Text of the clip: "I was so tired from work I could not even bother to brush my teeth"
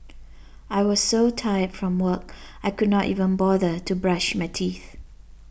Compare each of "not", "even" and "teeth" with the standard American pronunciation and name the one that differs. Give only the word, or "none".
none